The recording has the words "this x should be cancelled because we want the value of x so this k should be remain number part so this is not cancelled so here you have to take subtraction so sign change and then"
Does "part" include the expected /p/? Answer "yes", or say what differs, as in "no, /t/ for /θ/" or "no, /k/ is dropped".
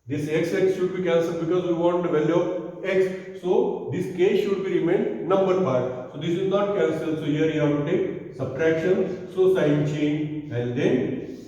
no, /f/ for /p/